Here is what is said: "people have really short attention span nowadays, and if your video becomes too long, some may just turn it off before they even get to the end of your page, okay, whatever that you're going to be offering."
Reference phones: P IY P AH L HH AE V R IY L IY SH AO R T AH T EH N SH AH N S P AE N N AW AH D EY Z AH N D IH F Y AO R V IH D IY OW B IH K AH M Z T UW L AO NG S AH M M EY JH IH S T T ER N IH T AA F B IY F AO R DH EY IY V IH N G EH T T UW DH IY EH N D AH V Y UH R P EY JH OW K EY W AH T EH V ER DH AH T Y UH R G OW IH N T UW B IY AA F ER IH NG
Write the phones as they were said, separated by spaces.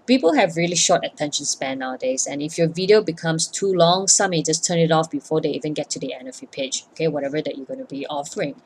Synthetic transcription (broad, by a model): P IY P AH L HH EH V R IY L IY SH AO T AH T EH N SH AH N S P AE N N AW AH D EY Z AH N IH F Y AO V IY D IY OW B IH K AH M S T UW L AO NG S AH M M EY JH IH S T T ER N IH T AA F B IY F AO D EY IY V IH N G EH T T UW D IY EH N AH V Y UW P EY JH OW K EY W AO T EH V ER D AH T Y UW G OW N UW B IY AA F ER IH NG